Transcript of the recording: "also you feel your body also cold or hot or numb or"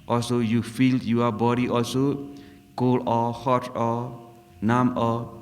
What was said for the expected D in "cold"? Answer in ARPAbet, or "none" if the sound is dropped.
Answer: none